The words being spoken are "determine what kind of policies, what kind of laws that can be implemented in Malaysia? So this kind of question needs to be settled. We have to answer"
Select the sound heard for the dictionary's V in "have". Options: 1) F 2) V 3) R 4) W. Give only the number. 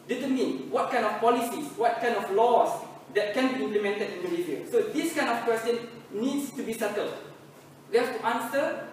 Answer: 1